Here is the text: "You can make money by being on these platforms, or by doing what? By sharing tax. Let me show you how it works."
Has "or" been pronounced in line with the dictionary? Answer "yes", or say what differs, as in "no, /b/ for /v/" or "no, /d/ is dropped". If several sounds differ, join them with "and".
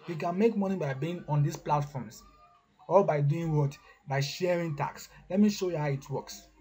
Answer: no, /l/ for /ɹ/